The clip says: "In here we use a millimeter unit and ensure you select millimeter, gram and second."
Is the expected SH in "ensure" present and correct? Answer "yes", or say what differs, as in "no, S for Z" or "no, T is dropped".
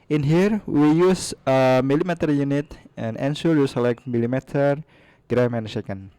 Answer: no, S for SH